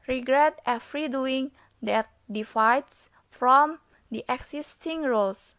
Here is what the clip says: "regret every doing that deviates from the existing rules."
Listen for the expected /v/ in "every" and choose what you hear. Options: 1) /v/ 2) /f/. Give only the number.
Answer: 2